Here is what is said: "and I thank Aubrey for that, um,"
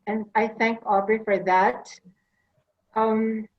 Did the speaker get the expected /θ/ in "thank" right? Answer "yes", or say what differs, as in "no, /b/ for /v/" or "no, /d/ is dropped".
yes